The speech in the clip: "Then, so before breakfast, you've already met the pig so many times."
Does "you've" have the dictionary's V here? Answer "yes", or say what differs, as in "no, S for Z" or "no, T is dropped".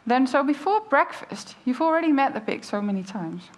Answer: yes